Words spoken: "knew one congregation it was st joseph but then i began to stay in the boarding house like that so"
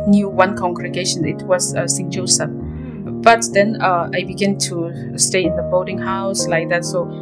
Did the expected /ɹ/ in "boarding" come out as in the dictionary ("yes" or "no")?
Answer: no